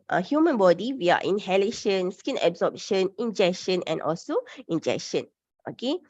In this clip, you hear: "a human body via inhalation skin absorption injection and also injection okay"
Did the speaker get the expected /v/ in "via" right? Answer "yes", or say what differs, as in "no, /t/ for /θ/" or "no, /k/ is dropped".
no, /w/ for /v/